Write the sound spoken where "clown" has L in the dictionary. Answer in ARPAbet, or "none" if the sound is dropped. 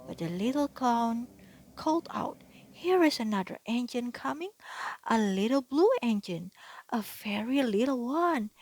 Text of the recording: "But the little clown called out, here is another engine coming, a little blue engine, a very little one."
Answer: none